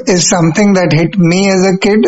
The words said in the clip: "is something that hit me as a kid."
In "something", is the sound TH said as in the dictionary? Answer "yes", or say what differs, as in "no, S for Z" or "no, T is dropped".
no, T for TH